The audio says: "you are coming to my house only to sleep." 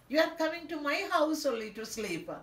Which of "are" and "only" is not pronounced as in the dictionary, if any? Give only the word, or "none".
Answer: only